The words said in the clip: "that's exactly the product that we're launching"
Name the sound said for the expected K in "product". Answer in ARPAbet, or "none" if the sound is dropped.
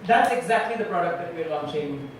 K